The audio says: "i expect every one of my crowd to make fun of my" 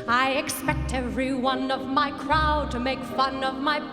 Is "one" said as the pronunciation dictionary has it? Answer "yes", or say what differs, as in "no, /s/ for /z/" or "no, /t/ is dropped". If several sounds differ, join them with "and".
yes